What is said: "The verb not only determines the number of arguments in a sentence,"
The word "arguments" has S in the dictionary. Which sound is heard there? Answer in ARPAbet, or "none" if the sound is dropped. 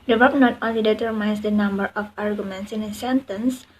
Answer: S